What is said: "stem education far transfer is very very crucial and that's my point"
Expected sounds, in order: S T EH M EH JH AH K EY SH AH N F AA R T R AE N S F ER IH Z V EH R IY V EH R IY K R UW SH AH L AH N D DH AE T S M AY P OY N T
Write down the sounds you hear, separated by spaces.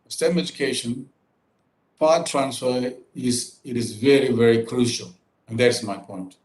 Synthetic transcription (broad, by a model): S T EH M EH JH AH K EY SH AH N P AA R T R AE N S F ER IH Z V EH R IY V EH R IY K R UW SH AH L AH N D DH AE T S M AY P OY N T